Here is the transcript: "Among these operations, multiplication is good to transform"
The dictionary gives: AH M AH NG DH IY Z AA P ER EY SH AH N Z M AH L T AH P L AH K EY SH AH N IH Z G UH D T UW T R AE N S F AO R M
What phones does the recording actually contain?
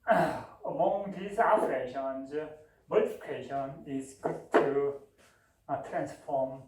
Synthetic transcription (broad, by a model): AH M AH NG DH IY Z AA F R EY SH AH N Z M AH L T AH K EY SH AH N IH Z G UH D T UW T R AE N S F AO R M